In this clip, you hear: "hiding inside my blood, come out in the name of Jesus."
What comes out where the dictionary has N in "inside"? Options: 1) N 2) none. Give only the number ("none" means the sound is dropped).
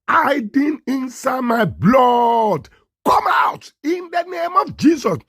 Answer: 1